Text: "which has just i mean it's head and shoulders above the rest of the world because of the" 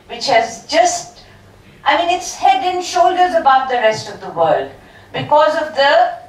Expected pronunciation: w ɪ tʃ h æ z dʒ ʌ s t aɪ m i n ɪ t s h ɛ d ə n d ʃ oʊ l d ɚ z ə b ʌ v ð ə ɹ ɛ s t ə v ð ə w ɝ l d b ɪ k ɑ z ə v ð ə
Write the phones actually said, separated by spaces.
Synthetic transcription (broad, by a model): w ɪ tʃ h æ z dʒ ʌ s t aɪ m i n ɪ t s h ɛ d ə n ʃ oʊ l d ɚ z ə b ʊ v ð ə ɹ ɛ s t ə v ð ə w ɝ l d b ɪ k ɑ z ə v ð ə